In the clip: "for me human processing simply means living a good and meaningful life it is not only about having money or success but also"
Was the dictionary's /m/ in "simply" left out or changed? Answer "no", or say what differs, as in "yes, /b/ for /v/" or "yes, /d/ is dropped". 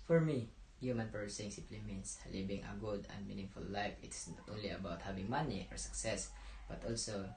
yes, /m/ is dropped